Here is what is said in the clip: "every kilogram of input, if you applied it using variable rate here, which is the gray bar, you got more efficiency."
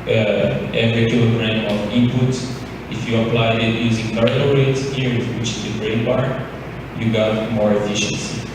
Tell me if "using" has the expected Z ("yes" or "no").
yes